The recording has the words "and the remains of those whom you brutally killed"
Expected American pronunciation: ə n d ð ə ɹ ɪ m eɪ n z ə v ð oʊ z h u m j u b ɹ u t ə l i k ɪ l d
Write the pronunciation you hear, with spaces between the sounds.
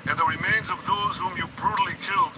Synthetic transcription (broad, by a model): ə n ð ə ɹ ɪ m eɪ n z ə v ð oʊ z h u m j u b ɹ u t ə l i k ɪ l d